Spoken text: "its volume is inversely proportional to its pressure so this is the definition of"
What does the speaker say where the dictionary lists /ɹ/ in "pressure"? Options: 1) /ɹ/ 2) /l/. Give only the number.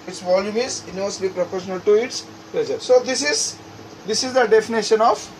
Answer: 2